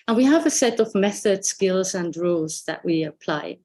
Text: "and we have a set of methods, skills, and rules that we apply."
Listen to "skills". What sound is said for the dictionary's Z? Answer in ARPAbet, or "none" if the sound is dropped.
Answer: Z